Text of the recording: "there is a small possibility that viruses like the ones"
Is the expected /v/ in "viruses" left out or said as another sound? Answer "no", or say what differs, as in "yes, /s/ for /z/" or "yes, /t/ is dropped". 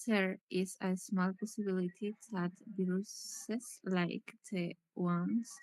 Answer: yes, /b/ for /v/